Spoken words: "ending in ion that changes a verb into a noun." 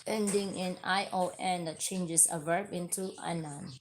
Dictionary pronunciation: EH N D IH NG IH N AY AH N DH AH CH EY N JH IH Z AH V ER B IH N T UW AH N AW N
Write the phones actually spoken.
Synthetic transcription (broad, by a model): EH N D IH NG IH N AY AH N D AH CH EY N JH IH S AH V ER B IH N T UW AH N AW N